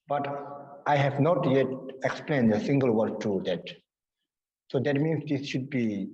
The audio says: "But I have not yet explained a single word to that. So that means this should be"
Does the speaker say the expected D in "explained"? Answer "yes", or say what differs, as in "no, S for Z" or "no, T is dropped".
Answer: yes